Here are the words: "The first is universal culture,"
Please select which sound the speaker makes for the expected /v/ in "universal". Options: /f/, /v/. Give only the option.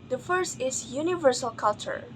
/v/